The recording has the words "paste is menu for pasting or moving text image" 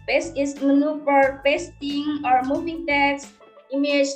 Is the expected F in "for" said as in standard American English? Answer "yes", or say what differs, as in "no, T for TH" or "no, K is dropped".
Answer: no, P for F